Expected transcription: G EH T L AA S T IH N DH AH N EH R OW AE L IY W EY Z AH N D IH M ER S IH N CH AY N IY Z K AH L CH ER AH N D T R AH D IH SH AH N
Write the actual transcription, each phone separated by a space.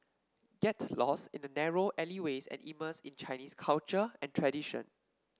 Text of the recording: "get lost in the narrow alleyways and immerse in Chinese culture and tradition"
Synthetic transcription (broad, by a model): G EH T L AA S IH N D AH N EH R OW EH L IY W EY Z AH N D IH M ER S IH N CH AY N IY S K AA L CH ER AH N T R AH D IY SH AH N